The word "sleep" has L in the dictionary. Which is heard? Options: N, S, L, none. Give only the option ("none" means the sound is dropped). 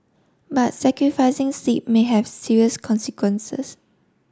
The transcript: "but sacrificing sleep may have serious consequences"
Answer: none